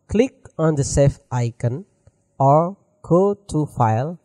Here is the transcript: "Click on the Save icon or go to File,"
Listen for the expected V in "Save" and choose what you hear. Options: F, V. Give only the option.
F